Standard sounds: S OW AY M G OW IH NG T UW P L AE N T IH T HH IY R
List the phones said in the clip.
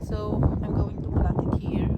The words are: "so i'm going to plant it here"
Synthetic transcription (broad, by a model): S OW AY M G OW IH NG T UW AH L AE T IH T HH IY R